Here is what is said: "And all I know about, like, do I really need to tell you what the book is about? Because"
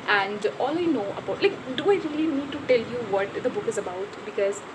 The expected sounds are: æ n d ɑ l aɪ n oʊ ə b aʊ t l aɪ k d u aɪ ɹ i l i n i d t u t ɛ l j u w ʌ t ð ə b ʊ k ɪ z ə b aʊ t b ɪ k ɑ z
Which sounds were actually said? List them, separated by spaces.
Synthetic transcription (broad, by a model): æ n d ɑ l aɪ n oʊ ə b aʊ t l aɪ k d u aɪ ɹ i l i n i d t u t ɛ l j u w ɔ t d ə b ʊ k ɪ z ə b aʊ t b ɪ k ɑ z